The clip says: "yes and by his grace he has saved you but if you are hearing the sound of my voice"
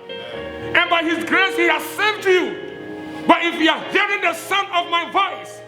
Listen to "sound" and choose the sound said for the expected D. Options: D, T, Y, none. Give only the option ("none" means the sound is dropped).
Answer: none